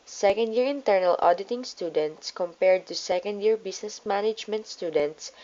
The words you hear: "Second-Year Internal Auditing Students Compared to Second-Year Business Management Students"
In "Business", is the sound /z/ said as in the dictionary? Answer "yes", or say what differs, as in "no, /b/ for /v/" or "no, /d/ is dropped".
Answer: no, /s/ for /z/